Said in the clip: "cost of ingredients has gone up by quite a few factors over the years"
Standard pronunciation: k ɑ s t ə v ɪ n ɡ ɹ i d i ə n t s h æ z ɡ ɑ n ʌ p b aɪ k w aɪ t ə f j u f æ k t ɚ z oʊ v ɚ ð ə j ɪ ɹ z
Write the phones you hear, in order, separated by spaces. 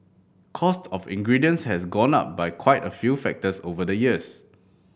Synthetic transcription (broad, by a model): k ɑ s t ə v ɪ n ɡ ɹ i d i ə n s h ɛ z ɡ ɑ n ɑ p b aɪ k w aɪ t ə f j u f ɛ k t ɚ s oʊ v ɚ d ə j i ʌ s